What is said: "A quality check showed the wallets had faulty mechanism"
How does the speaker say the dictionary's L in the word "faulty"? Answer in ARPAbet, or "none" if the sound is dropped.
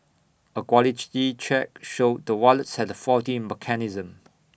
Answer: none